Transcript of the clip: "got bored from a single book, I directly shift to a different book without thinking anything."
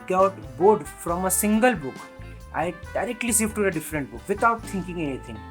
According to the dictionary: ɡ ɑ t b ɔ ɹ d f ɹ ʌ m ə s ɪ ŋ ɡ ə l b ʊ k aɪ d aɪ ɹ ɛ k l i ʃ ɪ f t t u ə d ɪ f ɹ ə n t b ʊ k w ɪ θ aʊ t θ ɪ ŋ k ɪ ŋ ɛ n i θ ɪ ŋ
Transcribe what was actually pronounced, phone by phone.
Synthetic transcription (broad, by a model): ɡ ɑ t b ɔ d f ɹ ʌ m ə s ɪ ŋ ɡ ə l b ʊ k aɪ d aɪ ɹ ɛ k l i s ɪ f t t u ə d ɪ f ɹ ə n t b ʊ k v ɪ t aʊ t t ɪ ŋ k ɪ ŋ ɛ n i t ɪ ŋ